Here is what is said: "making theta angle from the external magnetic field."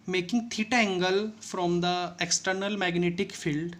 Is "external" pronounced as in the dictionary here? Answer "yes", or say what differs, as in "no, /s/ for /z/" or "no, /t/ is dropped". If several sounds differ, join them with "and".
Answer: yes